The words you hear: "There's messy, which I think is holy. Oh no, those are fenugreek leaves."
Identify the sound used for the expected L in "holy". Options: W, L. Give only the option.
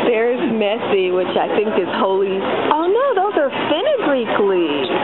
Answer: L